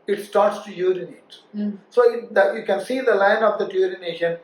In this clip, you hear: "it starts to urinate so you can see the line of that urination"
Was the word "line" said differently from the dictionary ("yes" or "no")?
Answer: no